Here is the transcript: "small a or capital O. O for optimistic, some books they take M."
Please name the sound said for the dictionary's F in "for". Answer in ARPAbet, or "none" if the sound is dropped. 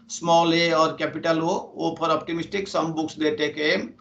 P